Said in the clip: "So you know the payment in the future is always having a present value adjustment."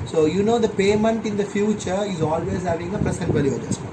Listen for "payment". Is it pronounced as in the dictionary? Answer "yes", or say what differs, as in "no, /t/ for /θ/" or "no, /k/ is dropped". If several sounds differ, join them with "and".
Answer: yes